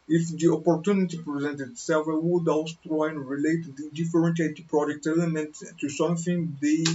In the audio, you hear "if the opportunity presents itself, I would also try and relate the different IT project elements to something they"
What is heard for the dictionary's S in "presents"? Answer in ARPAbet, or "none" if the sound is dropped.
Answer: none